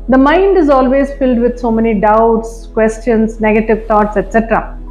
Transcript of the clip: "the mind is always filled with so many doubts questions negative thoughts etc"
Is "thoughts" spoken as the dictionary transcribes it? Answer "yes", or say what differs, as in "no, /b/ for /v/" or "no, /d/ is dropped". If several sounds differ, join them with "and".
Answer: no, /t/ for /θ/